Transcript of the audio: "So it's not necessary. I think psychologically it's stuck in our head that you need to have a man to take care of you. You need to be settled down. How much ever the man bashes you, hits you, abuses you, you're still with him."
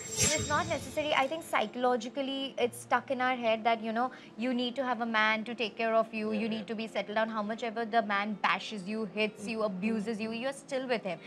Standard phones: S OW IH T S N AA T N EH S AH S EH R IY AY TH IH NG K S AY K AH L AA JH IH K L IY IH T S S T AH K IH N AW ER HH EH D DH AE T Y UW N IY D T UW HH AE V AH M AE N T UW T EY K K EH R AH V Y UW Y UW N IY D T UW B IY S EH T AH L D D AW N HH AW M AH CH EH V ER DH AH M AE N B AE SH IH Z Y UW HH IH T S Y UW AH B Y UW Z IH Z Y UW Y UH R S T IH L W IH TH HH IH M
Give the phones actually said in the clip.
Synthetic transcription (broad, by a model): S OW IH T S N AA T N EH S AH S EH R IY AY T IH NG K S AY K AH L AA JH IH K L IY IH T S S T AH K IH N AW ER HH EH D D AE T Y UW N IY D T UW HH AE V AH M AE N T UW T EY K K EH R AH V Y UW Y UW N IY D T UW B IY S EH T L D D AW N HH AW M AH CH EH V ER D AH M AE N B AE SH IH Z Y UW HH IH T S Y UW AH B Y UW Z IH Z Y UW Y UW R S T IH L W IH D HH IH M